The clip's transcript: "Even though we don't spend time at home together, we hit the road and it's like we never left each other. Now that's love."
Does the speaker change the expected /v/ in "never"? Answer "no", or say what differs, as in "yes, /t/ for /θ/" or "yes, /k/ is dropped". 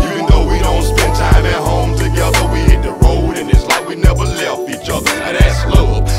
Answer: no